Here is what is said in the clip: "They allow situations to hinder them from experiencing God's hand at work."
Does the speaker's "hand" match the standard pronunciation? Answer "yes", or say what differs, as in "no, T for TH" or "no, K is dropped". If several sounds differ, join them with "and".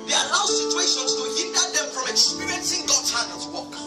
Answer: no, D is dropped